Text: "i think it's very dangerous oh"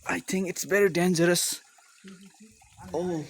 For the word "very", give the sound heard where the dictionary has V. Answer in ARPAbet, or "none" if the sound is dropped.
B